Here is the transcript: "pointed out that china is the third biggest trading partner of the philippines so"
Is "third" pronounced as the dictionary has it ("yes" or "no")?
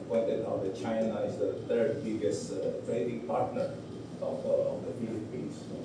no